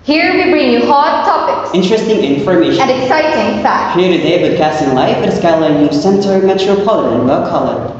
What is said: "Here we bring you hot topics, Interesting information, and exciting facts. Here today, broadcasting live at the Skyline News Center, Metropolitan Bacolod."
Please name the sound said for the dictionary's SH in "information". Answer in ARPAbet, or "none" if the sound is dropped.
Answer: none